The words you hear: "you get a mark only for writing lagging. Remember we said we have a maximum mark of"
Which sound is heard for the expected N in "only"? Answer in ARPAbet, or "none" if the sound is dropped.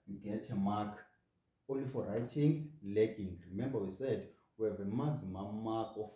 none